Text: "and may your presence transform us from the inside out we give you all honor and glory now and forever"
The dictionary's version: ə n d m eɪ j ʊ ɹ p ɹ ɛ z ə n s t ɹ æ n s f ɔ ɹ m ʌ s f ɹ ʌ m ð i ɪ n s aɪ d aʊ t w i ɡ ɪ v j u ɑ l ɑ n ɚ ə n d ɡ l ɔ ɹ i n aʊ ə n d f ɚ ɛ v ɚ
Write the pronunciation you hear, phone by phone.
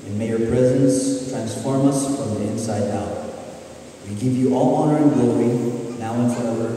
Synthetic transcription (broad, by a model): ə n m eɪ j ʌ ɹ p ɹ ɛ z ə n s t ɹ æ n s f ɔ ɹ m ʌ s f ɹ ʌ m ð i ɪ n s aɪ d aʊ t w i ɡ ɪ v j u ɑ l ɑ n ɚ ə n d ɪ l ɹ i n aʊ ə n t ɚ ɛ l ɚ